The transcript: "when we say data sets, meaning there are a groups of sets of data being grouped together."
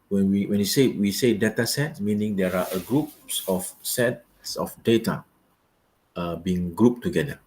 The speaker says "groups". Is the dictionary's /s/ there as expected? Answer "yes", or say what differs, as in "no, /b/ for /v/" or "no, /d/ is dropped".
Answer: yes